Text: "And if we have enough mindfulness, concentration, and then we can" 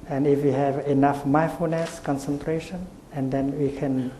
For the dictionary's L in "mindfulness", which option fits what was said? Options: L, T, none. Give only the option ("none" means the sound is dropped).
none